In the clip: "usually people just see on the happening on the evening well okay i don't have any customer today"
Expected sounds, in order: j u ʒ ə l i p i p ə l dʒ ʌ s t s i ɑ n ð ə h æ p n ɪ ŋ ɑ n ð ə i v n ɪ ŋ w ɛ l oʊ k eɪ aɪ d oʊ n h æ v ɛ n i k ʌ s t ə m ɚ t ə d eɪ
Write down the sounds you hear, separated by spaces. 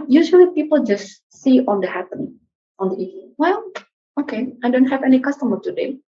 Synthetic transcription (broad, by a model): j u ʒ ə l i p i p ə l dʒ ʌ s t s i ɑ n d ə h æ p ɪ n ɑ n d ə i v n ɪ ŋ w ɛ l oʊ k eɪ aɪ d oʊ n h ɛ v ɛ n i k ʌ s t ə m ɚ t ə d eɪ